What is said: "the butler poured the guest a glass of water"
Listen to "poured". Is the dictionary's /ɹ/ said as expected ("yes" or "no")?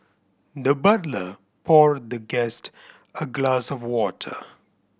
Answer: yes